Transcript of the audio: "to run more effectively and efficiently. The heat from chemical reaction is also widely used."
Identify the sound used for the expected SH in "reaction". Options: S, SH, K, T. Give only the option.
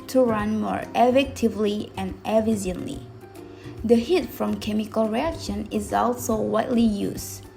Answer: SH